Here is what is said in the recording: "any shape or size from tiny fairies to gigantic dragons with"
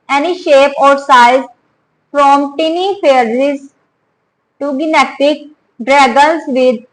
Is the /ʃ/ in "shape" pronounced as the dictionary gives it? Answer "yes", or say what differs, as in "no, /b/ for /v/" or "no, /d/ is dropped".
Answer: yes